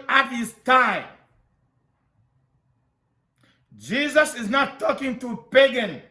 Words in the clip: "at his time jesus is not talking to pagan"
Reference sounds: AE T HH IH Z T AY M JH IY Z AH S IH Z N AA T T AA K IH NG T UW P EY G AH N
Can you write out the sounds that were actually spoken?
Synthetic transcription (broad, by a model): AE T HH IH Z T AY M JH IY Z AH S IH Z N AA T T AA K IH NG T UW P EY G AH N